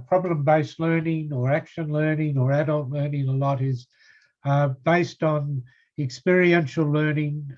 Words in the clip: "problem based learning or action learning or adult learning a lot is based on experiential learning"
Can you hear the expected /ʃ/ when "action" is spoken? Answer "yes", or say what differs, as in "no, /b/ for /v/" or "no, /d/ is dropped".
yes